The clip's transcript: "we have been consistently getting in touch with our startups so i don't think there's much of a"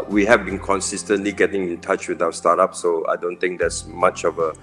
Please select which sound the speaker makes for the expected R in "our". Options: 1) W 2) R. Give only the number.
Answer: 1